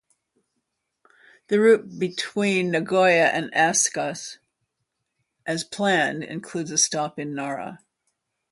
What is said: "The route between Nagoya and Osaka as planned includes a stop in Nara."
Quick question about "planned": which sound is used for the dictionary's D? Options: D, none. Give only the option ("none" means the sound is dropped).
D